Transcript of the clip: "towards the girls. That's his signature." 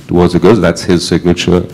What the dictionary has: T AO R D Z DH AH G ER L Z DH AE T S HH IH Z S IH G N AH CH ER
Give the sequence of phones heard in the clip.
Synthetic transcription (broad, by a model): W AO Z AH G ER Z DH AE T S HH IH Z S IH G N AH CH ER